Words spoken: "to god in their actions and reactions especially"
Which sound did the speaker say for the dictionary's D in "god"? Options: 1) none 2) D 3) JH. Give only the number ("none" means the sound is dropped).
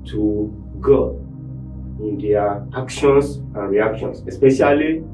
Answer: 1